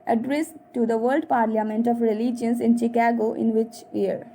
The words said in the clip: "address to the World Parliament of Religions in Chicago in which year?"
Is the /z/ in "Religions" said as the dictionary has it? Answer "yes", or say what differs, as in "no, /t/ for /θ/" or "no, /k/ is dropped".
no, /s/ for /z/